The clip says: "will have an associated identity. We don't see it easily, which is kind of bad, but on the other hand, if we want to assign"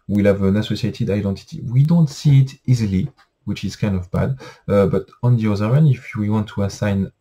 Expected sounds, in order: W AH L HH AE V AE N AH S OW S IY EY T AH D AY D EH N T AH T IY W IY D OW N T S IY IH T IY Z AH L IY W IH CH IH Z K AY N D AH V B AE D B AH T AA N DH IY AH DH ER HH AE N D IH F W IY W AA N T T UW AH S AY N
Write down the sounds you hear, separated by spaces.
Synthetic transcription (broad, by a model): W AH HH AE V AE N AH S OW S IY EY T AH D AY D EH N T AH T IY W IY D OW N T S IY IH T IY Z AH L IY W IH CH IH Z K AY N D AH V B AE D B AH T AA N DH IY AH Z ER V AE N IH F W IY W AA N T T UW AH S AY N